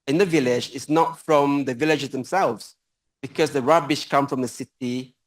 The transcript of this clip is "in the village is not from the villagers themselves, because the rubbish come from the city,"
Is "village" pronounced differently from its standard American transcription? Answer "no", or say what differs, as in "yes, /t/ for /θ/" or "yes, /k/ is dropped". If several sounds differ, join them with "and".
no